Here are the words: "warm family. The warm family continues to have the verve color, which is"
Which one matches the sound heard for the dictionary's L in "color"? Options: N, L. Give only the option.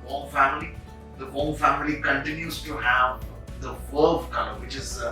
N